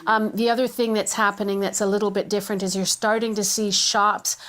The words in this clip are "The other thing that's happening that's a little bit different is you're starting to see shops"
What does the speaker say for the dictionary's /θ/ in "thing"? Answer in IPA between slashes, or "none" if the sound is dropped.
/θ/